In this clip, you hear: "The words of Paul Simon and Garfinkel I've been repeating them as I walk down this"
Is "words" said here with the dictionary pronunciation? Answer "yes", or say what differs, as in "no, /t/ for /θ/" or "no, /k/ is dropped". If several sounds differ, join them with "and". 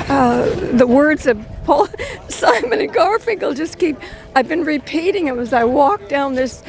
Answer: yes